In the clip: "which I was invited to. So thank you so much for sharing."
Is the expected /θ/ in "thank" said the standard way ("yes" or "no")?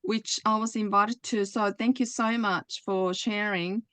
yes